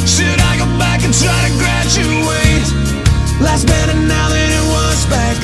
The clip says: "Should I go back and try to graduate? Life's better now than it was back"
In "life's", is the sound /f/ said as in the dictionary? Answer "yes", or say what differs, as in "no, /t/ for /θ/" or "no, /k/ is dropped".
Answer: no, /f/ is dropped